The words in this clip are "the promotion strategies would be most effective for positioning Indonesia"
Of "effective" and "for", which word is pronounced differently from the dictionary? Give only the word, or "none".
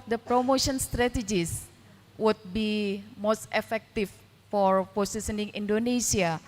effective